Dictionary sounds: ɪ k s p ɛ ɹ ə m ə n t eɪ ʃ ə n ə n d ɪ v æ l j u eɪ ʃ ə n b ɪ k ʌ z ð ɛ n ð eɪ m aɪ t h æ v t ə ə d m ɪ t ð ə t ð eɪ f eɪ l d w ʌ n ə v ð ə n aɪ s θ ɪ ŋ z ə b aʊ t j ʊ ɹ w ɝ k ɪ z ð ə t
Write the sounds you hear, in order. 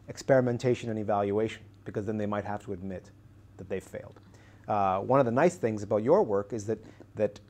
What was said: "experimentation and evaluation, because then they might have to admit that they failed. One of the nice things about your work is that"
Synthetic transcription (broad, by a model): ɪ k s p ɛ ɹ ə m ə n t eɪ ʃ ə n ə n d ɪ v æ l j u eɪ ʃ ə n b ɪ k ʌ z ð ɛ n ð eɪ m aɪ t h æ f t ə ə d m ɪ t ð ə t ð eɪ f eɪ l d w ʌ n ə v ð ə n aɪ s θ ɪ ŋ z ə b aʊ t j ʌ ɹ w ɝ k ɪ z ð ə t